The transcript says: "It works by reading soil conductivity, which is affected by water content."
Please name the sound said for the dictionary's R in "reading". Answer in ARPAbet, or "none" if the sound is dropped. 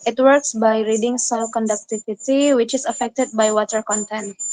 R